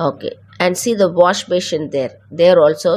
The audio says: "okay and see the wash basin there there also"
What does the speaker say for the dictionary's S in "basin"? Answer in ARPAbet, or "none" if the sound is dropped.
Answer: SH